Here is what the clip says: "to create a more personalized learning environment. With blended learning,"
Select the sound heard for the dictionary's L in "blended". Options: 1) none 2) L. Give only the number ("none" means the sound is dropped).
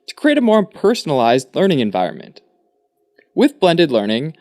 2